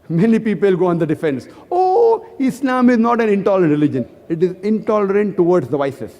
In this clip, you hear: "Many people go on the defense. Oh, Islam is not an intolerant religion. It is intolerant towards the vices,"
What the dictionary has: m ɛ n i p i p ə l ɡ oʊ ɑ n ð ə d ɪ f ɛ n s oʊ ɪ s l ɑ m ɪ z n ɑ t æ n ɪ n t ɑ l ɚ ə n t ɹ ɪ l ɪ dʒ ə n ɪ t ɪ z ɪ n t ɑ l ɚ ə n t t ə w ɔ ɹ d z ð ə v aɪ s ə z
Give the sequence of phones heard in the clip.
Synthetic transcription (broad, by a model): m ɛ n i p i p ə l ɡ oʊ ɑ n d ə d ɪ f ɛ n s oʊ ɪ s l ɑ m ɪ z n ɑ t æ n ɪ n t ɑ l ɚ ə n t ɹ ɪ l ɪ dʒ ə n ɪ t ɪ z ɪ n t ɑ l ɚ ə n t t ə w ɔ ɹ d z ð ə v aɪ s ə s